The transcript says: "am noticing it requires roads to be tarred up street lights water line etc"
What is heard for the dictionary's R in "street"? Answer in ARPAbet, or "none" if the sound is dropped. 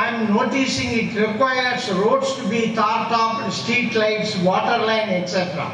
none